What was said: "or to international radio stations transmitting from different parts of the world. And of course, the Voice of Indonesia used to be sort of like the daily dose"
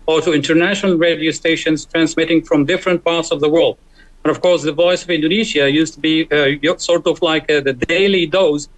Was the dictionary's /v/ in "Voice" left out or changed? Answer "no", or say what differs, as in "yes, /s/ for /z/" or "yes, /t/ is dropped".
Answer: no